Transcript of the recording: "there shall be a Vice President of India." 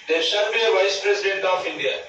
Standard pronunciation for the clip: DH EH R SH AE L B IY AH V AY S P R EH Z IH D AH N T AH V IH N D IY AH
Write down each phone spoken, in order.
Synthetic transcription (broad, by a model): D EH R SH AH N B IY AH V AY S P R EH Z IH D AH N T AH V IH N D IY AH